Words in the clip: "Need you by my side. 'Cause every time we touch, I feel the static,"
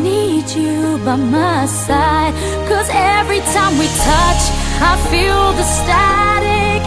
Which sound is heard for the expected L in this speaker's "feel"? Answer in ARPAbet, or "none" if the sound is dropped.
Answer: L